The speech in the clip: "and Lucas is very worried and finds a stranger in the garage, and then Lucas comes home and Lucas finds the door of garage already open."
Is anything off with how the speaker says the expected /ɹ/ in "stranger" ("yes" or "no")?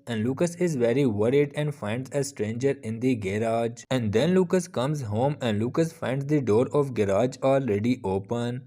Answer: no